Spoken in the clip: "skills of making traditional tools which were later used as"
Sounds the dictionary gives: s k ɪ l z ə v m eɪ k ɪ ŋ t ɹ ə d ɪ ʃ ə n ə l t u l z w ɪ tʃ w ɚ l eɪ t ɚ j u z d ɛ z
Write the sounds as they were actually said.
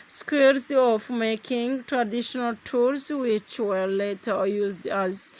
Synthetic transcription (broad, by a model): s k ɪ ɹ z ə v m eɪ k ɪ ŋ t ɹ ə d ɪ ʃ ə n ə l t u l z w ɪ tʃ w ɚ l eɪ t ɚ j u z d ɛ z